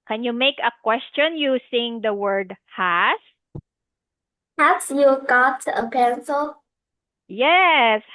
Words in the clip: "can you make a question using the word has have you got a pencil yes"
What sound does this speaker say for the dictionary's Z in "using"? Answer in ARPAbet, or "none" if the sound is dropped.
S